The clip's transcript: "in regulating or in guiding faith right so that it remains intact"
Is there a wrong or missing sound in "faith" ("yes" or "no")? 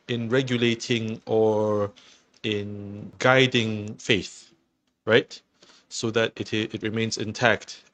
no